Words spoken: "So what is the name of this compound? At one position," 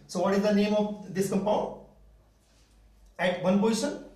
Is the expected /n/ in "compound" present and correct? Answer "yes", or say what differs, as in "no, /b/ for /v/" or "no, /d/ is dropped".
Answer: no, /n/ is dropped